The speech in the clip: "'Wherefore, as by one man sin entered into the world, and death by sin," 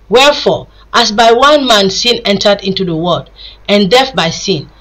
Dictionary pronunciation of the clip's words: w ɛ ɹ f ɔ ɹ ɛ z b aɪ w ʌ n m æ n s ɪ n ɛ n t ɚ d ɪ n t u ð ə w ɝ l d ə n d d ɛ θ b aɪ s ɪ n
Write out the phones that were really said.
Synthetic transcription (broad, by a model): w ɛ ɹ f ɔ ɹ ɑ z b aɪ w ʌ n m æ n s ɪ n ɛ n t ɚ d ɪ n t u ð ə w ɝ d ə n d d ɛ f b aɪ s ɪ n